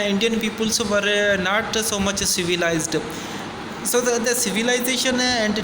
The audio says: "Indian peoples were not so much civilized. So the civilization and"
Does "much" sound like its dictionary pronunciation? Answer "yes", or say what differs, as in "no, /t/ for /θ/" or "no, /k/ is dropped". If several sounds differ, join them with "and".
yes